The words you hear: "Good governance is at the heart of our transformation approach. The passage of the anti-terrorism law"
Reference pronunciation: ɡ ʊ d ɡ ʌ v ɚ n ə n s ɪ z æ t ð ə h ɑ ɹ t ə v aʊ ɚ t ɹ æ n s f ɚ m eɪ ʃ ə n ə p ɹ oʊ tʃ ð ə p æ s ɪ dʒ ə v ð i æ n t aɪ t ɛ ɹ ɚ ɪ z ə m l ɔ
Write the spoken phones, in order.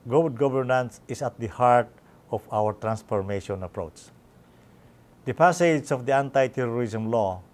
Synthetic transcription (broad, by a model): ɡ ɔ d ɡ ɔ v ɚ n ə n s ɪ s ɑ t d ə h ɑ ɹ t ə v aʊ ɚ t ɹ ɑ n s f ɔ m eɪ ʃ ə n ə p ɹ oʊ tʃ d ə p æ s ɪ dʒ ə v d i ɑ n t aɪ t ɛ ɹ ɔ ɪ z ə m l ɔ